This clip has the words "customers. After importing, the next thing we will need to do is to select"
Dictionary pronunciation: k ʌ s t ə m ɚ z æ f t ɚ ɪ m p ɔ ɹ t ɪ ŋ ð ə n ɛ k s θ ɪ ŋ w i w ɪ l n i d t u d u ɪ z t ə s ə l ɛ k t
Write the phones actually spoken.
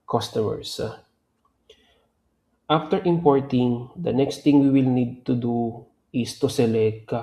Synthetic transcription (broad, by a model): k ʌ s t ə m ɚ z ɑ f t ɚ ɪ m p ɔ ɹ t ɪ ŋ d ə n ɛ k s t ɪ ŋ w i w ɪ l n i d t u d u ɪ s t ə s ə l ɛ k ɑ